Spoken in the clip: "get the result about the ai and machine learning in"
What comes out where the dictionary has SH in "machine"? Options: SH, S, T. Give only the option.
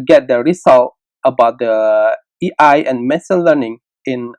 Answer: S